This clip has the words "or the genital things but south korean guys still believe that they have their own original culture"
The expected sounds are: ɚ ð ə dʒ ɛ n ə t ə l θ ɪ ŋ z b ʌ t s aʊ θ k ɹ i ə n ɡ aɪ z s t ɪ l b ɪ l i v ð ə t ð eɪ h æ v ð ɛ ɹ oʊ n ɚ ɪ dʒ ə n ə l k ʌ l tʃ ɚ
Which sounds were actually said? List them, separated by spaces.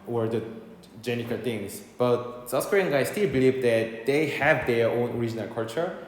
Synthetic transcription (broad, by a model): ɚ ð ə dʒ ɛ n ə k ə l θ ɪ ŋ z b ʌ t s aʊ s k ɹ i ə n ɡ aɪ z s t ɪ l b ɪ l i v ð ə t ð eɪ h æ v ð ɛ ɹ oʊ n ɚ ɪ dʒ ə n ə l k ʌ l tʃ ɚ